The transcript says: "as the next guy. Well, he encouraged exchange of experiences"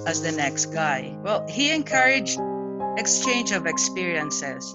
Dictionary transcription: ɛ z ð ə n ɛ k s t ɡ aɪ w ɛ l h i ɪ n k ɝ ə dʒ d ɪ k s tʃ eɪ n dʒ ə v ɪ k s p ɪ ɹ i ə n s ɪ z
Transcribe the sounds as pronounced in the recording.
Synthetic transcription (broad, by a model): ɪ z ð ə n ɛ k s t ɡ aɪ w ɛ l h i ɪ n k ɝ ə dʒ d ɪ k s tʃ eɪ n dʒ ə v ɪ k s p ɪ ɹ i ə n s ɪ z